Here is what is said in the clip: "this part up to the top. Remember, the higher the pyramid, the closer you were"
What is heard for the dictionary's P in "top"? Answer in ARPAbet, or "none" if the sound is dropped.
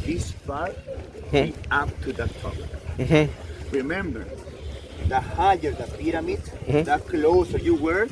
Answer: B